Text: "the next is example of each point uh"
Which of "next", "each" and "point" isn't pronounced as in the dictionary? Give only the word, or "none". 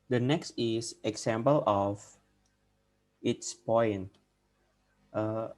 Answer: each